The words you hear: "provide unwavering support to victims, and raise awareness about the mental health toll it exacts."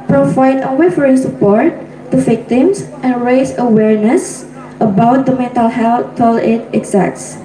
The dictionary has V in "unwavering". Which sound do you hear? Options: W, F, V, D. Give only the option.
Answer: F